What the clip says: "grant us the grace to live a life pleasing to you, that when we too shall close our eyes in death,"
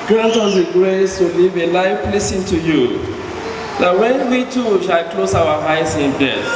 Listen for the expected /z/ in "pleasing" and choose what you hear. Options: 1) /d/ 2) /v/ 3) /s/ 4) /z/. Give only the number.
3